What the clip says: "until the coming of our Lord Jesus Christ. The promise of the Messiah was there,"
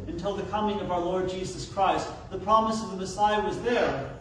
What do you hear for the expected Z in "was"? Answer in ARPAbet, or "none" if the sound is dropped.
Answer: Z